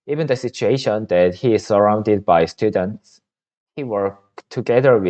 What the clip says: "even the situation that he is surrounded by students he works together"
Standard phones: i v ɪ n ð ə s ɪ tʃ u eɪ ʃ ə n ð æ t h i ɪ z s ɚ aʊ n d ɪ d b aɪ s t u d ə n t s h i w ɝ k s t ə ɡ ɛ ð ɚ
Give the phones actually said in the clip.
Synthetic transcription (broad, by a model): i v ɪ n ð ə s ɪ tʃ u eɪ ʃ ə n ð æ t h i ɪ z s ɚ aʊ n d ɪ d b aɪ s t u d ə n t s h i w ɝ k t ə ɡ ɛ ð ɚ